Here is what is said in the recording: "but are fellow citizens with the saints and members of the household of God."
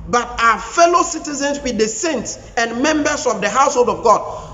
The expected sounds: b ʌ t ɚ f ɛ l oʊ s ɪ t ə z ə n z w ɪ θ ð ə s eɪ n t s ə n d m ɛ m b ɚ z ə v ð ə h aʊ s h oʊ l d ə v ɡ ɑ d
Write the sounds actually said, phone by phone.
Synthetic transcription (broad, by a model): b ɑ t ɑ f ɛ l oʊ s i t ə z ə n s w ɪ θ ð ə s eɪ n t s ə n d m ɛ m b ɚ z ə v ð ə h aʊ s h oʊ l d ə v ɡ ɑ d